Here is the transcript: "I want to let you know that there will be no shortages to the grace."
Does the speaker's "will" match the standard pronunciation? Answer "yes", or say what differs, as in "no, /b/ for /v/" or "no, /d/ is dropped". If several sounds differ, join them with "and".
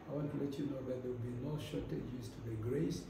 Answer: no, /w/ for /l/